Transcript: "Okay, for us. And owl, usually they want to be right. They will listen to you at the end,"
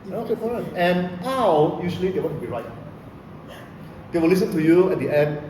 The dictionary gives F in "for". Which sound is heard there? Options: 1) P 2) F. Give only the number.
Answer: 1